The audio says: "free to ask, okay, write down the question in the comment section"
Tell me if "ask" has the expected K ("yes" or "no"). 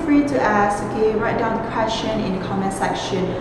no